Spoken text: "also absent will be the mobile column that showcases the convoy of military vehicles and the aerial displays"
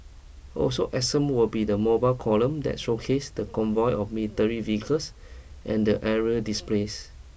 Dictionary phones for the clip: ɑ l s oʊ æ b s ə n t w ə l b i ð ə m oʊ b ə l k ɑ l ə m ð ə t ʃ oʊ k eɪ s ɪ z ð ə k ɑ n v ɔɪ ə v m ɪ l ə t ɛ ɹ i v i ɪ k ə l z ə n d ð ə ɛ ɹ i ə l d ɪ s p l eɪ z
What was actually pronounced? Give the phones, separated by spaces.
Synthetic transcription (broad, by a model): ɑ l s oʊ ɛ s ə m w ə l b i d ə m oʊ b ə l k ɑ l ə m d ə t ʃ oʊ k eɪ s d ə k ɑ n v ɔɪ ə f m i l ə t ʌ ɹ i v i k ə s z ə n d ə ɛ ɹ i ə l d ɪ s p l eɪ s